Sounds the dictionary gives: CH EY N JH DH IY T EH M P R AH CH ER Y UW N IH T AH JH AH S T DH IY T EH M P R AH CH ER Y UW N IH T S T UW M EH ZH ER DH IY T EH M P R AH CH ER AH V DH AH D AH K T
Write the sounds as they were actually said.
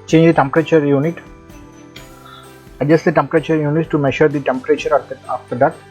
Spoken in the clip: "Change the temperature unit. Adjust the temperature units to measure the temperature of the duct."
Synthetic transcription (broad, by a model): CH EY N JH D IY T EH M P R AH CH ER Y UW N IH T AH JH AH S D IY T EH M P R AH CH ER Y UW N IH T T UW M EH SH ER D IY T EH M P R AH CH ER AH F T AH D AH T